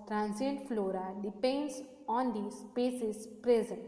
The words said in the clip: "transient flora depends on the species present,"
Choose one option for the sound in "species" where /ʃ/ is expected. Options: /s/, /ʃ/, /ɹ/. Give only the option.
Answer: /s/